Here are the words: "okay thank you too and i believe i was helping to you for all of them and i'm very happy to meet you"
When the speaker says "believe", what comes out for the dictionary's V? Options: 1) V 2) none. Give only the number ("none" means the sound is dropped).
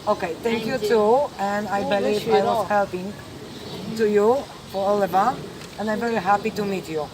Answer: 2